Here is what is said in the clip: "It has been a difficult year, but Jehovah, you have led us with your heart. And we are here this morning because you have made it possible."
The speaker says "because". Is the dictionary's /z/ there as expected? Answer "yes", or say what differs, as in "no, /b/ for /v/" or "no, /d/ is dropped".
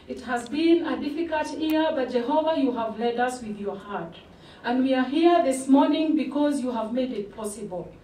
yes